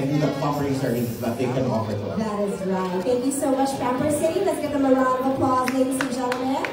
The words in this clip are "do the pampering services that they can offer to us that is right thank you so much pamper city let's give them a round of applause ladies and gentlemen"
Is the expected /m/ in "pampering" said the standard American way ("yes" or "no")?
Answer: no